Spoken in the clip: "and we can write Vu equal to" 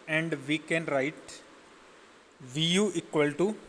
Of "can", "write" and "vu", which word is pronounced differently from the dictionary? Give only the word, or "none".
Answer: none